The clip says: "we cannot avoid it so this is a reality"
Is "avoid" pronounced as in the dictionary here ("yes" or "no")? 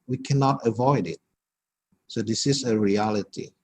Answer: yes